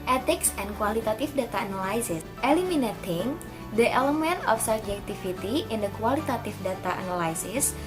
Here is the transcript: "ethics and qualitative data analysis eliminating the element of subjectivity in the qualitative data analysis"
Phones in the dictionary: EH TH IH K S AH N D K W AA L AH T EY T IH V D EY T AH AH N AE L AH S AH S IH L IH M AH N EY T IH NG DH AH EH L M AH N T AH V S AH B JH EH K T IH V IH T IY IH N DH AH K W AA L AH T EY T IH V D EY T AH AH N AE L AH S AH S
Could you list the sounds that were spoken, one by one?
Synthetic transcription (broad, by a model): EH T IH K S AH N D K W AA L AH T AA T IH F D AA T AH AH N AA L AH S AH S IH L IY M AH N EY T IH NG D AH EH L M AH N T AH F S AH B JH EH K T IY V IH T IY IH N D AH K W AA L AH T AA T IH F D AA T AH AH N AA L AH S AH S